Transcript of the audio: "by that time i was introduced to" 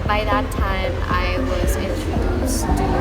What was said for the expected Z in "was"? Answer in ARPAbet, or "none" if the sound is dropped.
Z